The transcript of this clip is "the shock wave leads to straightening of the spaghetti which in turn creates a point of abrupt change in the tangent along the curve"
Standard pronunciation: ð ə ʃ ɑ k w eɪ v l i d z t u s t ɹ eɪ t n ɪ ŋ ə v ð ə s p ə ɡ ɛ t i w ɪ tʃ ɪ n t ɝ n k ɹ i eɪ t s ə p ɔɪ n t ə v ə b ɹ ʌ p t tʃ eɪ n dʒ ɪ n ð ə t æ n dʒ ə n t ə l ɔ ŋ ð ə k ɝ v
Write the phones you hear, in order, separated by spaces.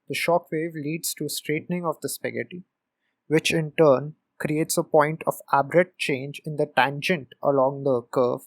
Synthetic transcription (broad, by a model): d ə ʃ ɑ k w eɪ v l i d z t u s t ɹ eɪ t n ɪ ŋ ə v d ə s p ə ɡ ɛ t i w ɪ tʃ ɪ n t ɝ n k ɹ i eɪ t s ə p ɔɪ n t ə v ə b ɹ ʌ t tʃ eɪ n dʒ ɪ n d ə t æ n dʒ ə n t ə l ɔ ŋ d ə k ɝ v